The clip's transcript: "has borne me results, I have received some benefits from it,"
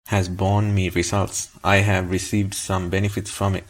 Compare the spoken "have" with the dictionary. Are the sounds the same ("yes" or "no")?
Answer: yes